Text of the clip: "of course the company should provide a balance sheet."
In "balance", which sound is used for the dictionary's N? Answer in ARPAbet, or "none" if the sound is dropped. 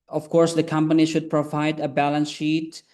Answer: N